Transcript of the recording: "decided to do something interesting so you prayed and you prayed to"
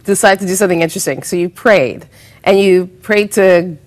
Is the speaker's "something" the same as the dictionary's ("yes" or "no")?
yes